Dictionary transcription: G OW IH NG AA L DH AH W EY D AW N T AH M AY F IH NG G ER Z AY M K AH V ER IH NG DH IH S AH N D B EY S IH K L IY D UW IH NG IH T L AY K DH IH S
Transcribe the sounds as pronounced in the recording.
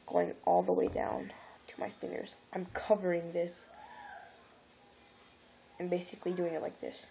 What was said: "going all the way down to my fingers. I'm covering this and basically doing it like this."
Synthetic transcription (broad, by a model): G OW IH NG AA L DH AH W EY D AW N T AH M AY F IH NG G ER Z AY M K AH V ER IH NG DH IH S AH N B EY S IH K L IY D UW IH NG IH T L AY K DH IH S